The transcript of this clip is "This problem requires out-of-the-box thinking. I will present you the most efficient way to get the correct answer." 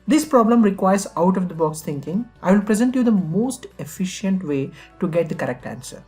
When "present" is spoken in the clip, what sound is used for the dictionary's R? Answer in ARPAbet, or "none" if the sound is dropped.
R